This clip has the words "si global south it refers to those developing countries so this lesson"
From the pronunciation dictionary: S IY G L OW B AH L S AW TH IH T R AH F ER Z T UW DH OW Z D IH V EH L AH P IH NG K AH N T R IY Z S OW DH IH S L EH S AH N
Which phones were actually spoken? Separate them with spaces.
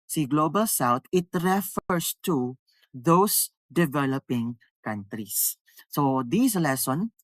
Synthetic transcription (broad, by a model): S IY G L OW B AH L S AW T IH T R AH F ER S T UW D OW S D IH V EH L AH P IH NG K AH N T R IY S OW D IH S L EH S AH N